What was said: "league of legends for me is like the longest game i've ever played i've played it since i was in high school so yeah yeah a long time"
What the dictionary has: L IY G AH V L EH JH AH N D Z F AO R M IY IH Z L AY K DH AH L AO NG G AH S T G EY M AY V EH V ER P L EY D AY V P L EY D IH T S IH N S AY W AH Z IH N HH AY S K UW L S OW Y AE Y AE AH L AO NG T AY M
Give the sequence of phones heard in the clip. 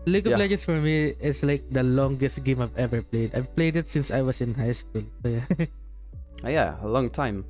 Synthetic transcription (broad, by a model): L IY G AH P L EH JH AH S F AO R M IY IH S L AY K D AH L AO NG G AH S T G EY M AY V EH V ER P L EY D AY V P L EY D IH T S IH N S AY W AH S IH N HH AY S K UW L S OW Y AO Y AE AH L AO NG T AY M